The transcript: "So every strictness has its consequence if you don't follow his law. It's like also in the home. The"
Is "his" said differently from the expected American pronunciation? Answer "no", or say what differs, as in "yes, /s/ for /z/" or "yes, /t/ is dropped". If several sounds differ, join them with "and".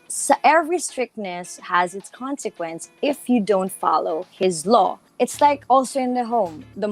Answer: no